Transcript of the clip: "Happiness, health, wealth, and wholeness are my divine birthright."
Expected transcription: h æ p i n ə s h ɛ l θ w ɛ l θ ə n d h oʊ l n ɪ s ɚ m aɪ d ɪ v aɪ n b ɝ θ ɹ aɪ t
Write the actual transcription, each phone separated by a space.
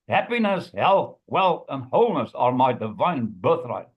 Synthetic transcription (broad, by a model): h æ p i n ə s h ɛ l θ w ɛ l θ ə n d h oʊ l n ɪ s ɚ m aɪ d ɪ v aɪ n b ɝ θ ɹ aɪ t